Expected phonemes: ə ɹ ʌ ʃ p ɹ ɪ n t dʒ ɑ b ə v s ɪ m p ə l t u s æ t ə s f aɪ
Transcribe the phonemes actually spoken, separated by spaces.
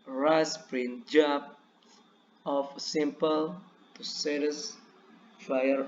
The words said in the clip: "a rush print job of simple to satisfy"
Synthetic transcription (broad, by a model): ɹ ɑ s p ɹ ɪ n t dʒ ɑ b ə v s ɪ m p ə l t u s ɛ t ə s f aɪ